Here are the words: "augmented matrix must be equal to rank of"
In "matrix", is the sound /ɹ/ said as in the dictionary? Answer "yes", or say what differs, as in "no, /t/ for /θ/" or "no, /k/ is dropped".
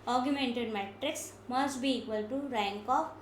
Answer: yes